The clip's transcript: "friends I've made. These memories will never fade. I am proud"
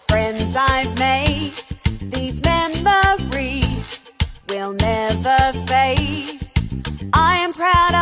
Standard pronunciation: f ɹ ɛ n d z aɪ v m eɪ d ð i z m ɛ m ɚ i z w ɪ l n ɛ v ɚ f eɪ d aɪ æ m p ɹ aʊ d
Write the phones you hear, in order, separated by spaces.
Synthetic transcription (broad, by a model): f ɹ ɛ n d z aɪ v m eɪ d ð i z m ɛ m ɚ i z w ɪ l n ɛ v ɚ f eɪ aɪ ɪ m p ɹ aʊ d